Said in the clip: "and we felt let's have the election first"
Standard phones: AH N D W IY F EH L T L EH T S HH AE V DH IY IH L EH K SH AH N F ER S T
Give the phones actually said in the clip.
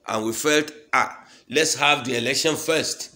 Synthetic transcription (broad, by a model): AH N W IY F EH L T L EH T S HH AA V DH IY IH L EH K SH AH N F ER S T